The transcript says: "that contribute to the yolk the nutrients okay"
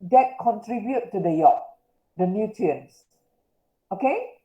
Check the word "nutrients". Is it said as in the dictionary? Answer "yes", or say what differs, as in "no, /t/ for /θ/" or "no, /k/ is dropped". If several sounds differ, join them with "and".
no, /ɹ/ is dropped